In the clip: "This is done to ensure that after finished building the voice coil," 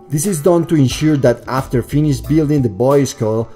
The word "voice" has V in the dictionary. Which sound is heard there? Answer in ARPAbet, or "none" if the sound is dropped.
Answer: B